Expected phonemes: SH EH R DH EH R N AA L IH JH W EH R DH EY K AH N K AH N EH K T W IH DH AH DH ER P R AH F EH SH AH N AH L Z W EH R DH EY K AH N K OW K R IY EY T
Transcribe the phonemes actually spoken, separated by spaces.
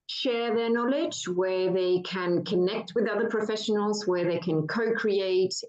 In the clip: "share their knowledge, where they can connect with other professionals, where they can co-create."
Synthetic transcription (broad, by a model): SH EH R DH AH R N AA L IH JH W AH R DH EY K AH N K AH N EH K T W IH DH AH DH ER P R AH F EH SH AH N AH L Z W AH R DH EY K AH N K OW K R IY EY T